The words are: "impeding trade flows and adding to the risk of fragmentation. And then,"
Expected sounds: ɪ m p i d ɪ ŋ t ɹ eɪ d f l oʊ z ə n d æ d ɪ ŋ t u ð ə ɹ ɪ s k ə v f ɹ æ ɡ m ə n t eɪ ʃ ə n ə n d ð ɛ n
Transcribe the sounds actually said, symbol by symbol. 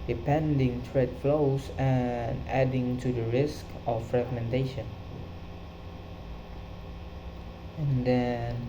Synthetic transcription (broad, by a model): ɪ p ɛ d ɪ ŋ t ɹ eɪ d f l oʊ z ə n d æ d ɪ ŋ t u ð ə ɹ ɪ s k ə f ɹ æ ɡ m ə n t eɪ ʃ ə n ə n d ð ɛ n